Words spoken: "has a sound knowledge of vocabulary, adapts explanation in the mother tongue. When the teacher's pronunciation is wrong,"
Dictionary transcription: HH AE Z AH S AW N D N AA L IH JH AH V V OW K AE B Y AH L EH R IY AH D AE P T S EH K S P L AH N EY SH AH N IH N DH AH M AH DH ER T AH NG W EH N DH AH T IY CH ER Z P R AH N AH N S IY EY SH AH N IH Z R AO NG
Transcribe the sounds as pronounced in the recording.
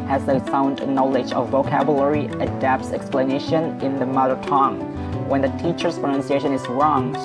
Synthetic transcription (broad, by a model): HH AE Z AH S AW N D N AA L IH JH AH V V OW K AE B Y AH L EH R IY AH D AE P T S EH K S P L AH N EY SH AH N IH N DH AH M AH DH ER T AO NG W EH N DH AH T IY CH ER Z P R AH N AH N S IY EY SH AH N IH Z R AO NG